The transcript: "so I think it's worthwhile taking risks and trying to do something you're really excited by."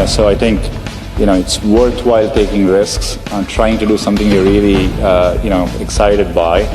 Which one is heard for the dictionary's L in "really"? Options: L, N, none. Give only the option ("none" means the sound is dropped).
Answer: N